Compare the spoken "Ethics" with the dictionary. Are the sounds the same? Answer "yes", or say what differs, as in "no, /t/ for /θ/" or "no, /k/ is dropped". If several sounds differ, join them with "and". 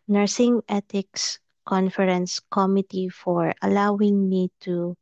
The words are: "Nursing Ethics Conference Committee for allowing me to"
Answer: no, /t/ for /θ/